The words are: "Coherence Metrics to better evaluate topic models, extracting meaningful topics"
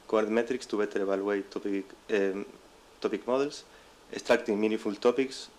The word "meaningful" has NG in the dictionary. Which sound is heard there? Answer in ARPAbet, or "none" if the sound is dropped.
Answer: none